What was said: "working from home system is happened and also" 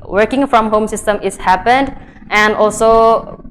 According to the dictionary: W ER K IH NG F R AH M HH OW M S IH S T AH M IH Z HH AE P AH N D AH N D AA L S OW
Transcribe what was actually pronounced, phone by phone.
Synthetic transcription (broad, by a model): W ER K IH NG F R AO M HH OW M S IH S T AH M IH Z HH AE P AH N D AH N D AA L S OW